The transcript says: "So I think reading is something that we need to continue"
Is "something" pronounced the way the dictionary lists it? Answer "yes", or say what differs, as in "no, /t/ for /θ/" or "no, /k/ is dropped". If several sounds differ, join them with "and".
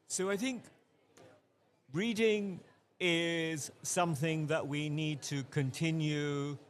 yes